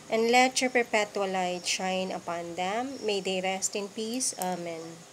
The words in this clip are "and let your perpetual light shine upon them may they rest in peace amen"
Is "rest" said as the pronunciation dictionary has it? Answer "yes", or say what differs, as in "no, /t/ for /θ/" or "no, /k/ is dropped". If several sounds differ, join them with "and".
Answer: yes